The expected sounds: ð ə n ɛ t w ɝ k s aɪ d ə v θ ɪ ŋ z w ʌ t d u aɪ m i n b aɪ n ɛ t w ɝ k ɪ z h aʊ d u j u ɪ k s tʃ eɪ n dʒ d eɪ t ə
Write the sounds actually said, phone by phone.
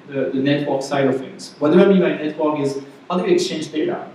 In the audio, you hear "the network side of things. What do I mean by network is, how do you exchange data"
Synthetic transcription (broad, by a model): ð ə n ɛ t w ɝ k s aɪ d ə v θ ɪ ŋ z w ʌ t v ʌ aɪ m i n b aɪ n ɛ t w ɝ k ɪ z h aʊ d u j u ɪ k s tʃ eɪ n dʒ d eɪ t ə